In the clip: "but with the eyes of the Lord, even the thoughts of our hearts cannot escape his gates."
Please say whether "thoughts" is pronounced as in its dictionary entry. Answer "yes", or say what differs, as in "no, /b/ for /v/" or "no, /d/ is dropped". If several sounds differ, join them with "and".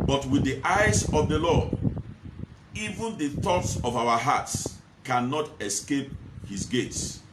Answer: yes